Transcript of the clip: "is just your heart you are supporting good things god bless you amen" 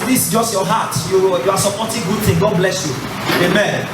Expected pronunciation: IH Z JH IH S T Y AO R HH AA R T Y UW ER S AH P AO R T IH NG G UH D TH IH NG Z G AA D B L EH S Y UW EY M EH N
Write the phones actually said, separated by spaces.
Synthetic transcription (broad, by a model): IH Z JH IH S T Y AO HH AA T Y Y UW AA S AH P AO T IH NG G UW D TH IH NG G AA D B L EH S Y UW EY M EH N